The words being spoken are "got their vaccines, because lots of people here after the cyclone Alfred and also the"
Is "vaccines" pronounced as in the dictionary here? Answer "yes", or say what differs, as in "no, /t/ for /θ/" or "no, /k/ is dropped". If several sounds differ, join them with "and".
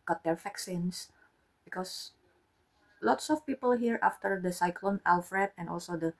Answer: no, /f/ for /v/ and /s/ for /z/